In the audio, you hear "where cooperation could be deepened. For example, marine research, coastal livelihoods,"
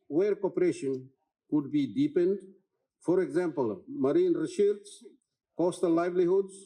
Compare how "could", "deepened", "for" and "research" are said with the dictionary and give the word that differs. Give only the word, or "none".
research